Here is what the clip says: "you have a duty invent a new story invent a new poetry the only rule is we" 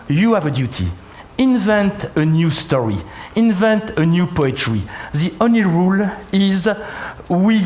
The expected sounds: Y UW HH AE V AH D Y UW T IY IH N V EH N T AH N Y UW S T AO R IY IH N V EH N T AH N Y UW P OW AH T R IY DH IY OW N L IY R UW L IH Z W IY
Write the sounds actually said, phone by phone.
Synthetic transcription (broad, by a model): Y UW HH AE V AH D Y UW T IY IH N V EH N T AH N Y UW S T AO R IY IH N V EH N T AH N Y UW P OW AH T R IY DH IY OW N L IY R UW L IH Z W IY